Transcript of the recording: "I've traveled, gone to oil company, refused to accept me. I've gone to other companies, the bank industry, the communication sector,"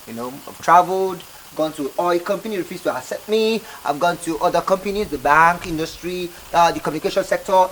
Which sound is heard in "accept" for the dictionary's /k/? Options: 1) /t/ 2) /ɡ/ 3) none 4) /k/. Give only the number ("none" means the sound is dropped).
3